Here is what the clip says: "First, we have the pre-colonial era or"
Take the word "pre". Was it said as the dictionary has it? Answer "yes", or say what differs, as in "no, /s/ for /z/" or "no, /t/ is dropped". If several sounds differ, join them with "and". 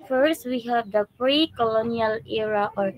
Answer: yes